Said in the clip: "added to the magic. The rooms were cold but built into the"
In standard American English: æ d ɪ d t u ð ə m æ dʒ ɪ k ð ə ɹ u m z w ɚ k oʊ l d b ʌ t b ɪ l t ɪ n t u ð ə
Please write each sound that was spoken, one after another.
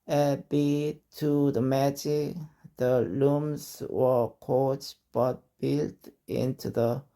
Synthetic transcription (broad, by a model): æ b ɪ t u ð ə m æ dʒ ɪ k ð ə l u m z w ɚ k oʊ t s b ʌ t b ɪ l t ɪ n t u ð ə